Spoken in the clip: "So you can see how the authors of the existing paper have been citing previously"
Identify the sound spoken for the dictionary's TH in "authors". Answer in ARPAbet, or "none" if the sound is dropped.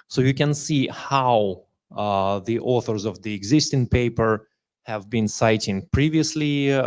TH